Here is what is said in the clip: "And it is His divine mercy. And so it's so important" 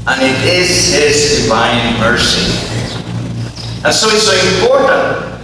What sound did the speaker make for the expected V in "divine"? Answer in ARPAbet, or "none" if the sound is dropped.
V